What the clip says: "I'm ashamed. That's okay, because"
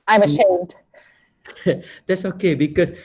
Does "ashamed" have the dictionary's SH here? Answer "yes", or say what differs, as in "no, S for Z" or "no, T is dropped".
yes